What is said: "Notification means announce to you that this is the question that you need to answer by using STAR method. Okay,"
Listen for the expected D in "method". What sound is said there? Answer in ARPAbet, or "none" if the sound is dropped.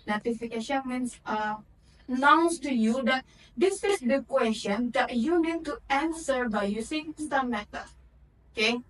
none